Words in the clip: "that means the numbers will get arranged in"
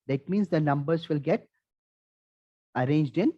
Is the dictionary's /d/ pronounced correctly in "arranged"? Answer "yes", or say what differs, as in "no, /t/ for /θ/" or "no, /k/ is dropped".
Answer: yes